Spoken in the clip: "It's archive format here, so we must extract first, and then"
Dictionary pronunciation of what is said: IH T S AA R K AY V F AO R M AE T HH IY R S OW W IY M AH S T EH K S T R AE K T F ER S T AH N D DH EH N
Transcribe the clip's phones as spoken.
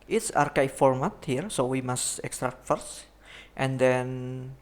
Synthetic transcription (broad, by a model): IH T S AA R K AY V F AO R M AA T HH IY R S OW W IY M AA S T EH K S T R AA K T F ER S T AH N D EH N